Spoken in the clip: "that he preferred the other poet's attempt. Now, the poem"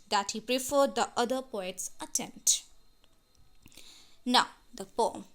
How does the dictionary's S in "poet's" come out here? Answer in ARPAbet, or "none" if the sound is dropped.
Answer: S